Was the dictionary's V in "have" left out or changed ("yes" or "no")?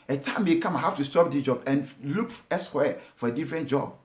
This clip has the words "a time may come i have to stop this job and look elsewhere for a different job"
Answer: yes